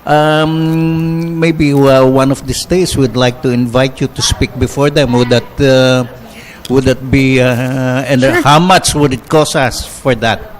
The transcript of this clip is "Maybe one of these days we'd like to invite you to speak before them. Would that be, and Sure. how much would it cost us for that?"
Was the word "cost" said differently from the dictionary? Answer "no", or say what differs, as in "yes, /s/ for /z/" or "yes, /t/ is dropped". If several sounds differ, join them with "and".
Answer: yes, /t/ is dropped